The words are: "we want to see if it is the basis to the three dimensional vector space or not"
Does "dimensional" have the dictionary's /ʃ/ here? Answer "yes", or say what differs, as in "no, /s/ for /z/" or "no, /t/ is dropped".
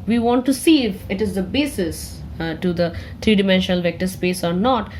yes